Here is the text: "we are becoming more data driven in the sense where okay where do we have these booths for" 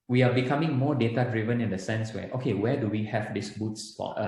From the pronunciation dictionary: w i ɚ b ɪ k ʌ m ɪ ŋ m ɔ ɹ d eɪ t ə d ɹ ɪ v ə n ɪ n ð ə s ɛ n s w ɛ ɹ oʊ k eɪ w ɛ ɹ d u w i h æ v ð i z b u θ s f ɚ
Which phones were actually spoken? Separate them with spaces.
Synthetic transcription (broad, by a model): w i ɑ b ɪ k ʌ m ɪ ŋ m ɔ d eɪ t ə d ɹ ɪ v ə n ɪ n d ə s ɛ n s w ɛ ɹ oʊ k eɪ w ɛ d u w i h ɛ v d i s b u t s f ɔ